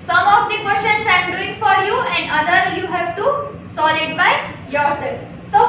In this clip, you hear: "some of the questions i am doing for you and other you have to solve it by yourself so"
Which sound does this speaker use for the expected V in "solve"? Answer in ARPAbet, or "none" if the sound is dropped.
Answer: none